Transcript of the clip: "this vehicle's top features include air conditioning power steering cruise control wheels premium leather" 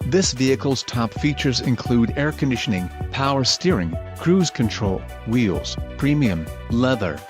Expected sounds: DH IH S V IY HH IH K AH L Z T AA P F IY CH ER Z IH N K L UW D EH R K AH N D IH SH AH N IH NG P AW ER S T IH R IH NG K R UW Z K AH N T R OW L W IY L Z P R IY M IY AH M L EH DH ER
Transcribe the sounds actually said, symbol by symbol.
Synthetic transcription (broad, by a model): DH IH S V IY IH K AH L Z T AA P F IY CH ER Z IH N K L UW D EH R K AH N D IH SH AH N IH NG P AW ER S T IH R IH NG K R UW Z K AH N T R OW L W IY L Z P R IY M IY AH M L EH DH ER